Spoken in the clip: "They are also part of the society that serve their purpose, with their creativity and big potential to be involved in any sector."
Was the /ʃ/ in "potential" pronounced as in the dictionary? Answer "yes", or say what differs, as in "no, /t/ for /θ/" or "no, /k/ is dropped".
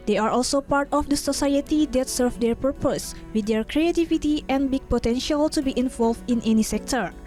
yes